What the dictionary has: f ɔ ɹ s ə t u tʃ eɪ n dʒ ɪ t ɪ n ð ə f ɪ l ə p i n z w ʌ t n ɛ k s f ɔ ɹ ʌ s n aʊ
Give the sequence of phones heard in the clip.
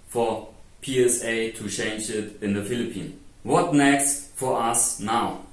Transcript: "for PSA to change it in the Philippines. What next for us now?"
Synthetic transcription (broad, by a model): f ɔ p s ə t u tʃ eɪ n dʒ ɪ t ɪ n ð ə f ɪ l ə p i n w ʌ t n ɛ k s f ɔ ɹ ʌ s n aʊ